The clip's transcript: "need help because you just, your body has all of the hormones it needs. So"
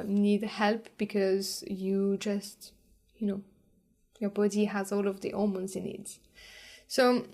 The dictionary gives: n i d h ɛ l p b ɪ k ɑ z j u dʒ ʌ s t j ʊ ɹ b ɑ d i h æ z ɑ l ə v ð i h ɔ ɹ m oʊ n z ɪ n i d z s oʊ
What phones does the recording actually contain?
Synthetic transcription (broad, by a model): n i d h ɛ l p b ɪ k ɑ z j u dʒ ʌ s t j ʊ ɹ b ɑ d i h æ z ɑ l ə v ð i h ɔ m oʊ n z ɪ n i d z s oʊ